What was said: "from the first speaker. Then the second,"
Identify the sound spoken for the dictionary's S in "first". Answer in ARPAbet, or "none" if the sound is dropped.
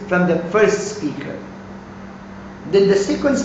S